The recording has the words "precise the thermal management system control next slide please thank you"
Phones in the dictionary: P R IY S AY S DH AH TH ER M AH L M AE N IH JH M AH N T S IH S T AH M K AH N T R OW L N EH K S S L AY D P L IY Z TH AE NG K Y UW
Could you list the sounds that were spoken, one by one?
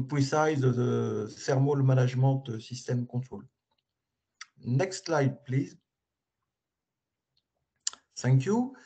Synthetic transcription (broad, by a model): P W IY S AY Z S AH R M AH L M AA N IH ZH M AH T S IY S T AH M K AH T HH OW L N EH K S S L AY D P L IY Z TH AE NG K Y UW